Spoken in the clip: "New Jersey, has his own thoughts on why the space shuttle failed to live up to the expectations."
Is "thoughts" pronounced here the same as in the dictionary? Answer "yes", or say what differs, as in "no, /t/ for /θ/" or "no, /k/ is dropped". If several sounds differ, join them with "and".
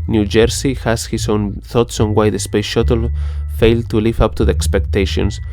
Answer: yes